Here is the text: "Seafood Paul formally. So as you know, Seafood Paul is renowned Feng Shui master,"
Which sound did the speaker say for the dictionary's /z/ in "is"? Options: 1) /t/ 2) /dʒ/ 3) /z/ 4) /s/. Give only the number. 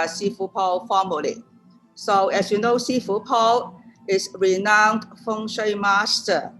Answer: 4